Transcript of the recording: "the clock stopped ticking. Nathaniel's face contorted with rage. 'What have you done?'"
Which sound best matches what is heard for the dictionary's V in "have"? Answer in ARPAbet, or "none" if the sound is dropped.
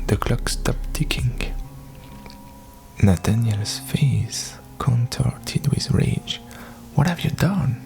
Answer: V